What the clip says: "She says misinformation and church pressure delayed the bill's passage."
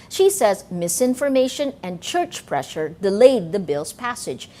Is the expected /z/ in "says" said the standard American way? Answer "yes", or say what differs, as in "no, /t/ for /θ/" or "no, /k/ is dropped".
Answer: yes